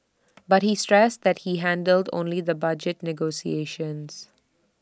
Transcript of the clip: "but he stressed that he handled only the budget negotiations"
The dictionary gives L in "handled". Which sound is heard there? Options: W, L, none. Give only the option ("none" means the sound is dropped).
L